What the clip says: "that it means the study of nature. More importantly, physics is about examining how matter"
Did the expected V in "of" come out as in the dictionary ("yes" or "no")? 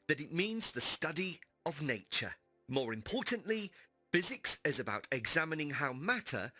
yes